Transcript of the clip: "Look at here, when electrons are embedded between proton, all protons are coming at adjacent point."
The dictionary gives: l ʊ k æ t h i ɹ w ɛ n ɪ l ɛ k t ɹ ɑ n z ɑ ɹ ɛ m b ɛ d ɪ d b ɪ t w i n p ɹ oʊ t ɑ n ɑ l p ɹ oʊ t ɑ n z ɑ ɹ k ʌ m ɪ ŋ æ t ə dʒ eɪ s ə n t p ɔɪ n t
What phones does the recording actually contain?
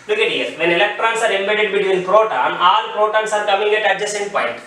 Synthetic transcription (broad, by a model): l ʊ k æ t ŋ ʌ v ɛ n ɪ l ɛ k t ɹ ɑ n s ɑ ɹ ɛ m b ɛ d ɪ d b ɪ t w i n p ɹ oʊ t ɑ n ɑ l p ɹ oʊ t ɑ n s ɑ ɹ k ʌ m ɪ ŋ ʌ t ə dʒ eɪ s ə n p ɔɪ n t